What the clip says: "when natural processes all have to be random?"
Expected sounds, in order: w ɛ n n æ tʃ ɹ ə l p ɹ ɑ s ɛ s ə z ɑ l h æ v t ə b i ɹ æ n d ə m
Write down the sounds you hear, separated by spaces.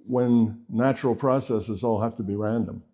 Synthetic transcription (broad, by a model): w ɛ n n æ tʃ ɹ l p ɹ ɑ s ɛ s ə z ɑ l h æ f t ə b i ɹ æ n d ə m